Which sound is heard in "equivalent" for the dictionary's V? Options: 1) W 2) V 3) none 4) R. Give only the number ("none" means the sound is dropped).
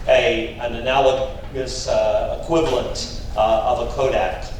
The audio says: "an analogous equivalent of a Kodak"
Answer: 2